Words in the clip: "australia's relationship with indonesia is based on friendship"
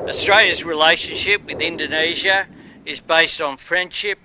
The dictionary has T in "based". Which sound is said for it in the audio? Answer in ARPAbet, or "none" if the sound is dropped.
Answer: T